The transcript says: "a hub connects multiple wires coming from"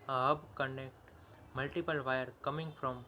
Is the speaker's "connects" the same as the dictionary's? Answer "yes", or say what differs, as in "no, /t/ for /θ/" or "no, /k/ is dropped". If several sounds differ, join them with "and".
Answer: no, /s/ is dropped